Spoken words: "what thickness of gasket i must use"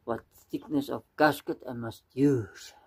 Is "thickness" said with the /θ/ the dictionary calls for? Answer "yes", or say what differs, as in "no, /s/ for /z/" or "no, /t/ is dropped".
no, /s/ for /θ/